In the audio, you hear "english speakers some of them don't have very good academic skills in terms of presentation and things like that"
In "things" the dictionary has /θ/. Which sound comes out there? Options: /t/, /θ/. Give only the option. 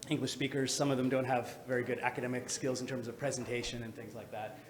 /θ/